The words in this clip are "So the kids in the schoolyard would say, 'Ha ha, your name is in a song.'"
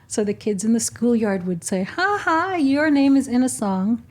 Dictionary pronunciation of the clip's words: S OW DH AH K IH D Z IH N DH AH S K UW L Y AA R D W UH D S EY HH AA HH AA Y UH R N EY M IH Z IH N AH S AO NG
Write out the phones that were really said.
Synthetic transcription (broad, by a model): S OW DH AH K IH D Z IH N DH AH S K UW L Y AA R D W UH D S EY HH AA HH AA Y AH R N EY M IH Z IH N AH S AO NG